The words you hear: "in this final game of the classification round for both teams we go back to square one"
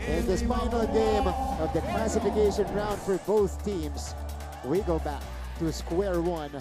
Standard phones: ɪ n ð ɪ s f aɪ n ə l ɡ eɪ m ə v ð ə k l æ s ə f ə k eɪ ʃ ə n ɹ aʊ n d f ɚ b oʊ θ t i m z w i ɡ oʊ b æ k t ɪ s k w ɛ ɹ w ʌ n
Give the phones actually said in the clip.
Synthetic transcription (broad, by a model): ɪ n ð ɪ s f aɪ n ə l ɡ eɪ m ə v ð ə k l æ s ə f ə k eɪ ʃ ə n ɹ aʊ n d f ɚ b oʊ θ t i m z w i ɡ oʊ b æ k t ɪ s k w ɛ ɹ w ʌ n